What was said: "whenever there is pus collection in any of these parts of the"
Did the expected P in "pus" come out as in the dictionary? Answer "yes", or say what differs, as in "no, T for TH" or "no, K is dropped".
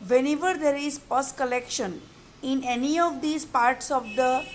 yes